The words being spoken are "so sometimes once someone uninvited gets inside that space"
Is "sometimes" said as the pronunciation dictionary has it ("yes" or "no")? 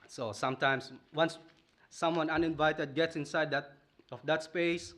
no